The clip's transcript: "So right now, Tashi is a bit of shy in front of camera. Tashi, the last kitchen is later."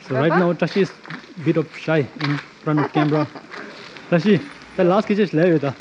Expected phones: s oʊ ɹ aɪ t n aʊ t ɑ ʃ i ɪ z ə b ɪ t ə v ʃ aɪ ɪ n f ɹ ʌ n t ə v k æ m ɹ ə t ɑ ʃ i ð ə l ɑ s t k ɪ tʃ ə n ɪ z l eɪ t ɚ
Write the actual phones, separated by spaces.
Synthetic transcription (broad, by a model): s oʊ ɹ aɪ t n aʊ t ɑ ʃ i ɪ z b ɪ t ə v ʃ aɪ ɪ n f ɹ ʌ n t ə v k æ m ɹ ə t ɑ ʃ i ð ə l ɑ s t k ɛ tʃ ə l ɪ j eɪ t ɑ